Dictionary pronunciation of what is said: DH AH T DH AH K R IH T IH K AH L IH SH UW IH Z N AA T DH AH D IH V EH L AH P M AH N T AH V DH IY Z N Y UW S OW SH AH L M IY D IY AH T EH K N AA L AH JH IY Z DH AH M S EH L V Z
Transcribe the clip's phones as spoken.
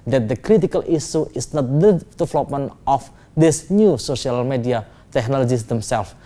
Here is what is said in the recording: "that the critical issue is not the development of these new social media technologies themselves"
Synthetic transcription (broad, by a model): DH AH T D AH K R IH T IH K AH L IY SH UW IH S N AA T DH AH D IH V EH L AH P M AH N T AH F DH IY S N Y UW S OW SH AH L M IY D IY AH T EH K N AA L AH JH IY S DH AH M S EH L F